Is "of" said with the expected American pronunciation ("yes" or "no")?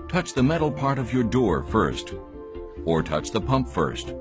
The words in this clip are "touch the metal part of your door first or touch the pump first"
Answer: yes